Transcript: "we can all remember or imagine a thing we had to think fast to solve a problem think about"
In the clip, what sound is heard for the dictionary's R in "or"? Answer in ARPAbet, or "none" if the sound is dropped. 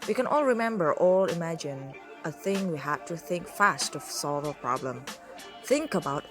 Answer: L